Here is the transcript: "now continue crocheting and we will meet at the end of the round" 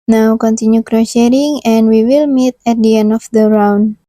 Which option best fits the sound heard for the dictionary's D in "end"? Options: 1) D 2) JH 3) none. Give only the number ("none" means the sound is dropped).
3